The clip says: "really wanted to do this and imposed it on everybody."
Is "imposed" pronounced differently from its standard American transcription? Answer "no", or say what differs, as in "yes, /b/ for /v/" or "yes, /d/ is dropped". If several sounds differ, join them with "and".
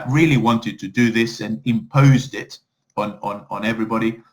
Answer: no